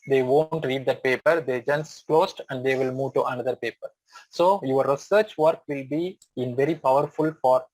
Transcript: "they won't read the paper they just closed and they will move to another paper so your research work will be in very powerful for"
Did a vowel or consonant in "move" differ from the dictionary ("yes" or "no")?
no